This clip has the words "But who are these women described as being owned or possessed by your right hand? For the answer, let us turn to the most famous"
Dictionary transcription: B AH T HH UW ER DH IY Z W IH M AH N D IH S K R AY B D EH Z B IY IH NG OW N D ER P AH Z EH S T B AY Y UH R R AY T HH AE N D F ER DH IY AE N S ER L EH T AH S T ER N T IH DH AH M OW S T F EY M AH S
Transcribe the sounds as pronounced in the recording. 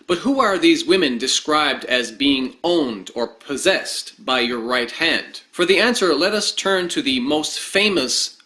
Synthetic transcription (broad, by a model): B AH T HH UW ER DH IY Z W IH M AH N D IH S K R AY B D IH Z B IY IH NG OW N D ER P AH Z EH S T B AY Y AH R R AY T HH AE N D F ER DH IY AE N S ER L EH T AH S T ER N T IH DH AH M OW S T F EY M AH S